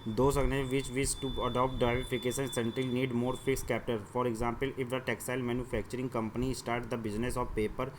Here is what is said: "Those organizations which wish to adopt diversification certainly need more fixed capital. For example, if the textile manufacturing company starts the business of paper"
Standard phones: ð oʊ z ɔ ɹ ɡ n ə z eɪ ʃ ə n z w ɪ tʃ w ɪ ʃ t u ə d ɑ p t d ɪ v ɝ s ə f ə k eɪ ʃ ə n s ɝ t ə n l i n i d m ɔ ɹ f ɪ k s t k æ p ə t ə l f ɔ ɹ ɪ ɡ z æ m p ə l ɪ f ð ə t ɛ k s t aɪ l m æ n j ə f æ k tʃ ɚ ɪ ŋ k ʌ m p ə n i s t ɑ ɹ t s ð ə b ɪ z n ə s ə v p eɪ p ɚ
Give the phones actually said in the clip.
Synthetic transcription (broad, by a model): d oʊ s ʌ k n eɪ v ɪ tʃ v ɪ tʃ t u ə d ɑ p t d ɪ ɪ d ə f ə k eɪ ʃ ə n s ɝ t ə l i n i d m ɔ ɹ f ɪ k s k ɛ p t ə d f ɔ ɹ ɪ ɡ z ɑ m p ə l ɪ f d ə t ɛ k s aɪ l m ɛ n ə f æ k tʃ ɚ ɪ ŋ k ʌ m p ə n i s t ɑ ɹ t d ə b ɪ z n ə s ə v p eɪ p ɚ